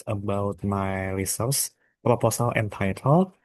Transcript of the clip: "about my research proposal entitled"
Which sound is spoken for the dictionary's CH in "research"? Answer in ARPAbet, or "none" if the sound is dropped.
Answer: S